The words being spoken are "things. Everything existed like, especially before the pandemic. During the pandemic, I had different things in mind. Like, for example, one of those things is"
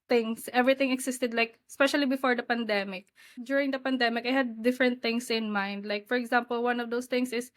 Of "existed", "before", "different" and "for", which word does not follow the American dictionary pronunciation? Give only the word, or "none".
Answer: existed